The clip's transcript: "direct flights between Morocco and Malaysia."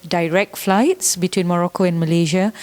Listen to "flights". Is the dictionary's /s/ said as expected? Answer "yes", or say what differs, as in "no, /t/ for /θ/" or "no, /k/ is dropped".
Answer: yes